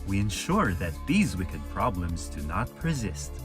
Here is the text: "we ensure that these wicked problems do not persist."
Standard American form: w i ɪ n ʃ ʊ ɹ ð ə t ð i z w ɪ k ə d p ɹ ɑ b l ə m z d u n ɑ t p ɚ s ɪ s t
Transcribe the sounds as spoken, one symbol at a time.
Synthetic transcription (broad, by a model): w i ɪ n ʃ ʊ ɹ ð ə t ð i z w ɪ k ə d p ɹ ɑ b l ə m z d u n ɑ t p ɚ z ɪ s t